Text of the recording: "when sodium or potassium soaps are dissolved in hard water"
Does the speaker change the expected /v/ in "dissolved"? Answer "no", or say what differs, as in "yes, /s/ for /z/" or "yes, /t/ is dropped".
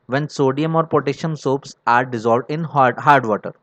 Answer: no